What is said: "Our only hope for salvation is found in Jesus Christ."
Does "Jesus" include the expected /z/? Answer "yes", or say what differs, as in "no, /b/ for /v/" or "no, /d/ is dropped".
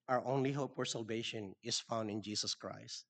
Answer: no, /s/ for /z/